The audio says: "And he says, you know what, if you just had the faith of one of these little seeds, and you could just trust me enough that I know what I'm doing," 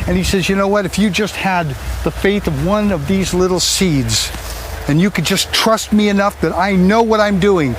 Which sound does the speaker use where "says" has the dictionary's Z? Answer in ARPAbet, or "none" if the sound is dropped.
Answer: Z